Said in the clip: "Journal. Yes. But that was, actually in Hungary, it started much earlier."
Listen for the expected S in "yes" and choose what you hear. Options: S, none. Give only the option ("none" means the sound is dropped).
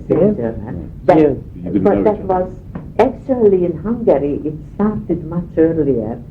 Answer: none